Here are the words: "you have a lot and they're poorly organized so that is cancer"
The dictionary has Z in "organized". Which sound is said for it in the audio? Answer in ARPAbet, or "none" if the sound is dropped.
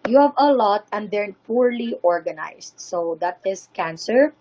S